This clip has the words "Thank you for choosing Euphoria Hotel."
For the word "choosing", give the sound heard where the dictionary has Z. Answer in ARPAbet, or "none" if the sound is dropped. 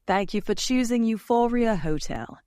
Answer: Z